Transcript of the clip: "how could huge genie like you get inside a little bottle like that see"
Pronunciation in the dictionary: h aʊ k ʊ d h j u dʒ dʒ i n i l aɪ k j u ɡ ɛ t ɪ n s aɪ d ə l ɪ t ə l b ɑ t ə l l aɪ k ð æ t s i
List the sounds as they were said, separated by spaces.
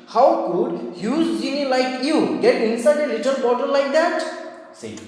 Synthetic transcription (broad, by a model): h aʊ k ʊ d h j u z dʒ i n i l aɪ k j u ɡ ɛ t ɪ n s aɪ d ə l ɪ t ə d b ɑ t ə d l aɪ k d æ t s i